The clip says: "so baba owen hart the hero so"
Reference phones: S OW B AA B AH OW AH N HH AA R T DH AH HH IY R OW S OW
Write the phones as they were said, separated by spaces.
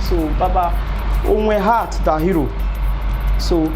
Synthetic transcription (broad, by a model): S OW B AA B AH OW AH HH AA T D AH HH IY R OW S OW